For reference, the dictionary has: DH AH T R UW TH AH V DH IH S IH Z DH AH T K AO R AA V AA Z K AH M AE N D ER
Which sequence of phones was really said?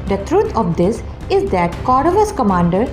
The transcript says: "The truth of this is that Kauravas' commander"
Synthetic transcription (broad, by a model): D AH T R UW T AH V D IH S IH Z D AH T K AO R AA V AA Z K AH M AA N D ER